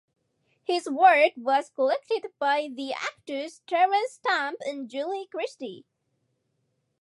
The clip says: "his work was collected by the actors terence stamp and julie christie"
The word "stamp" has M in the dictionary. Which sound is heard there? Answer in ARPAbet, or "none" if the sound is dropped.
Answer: M